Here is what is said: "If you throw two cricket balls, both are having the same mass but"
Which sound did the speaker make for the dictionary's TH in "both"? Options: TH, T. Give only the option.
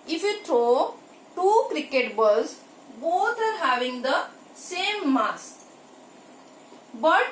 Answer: T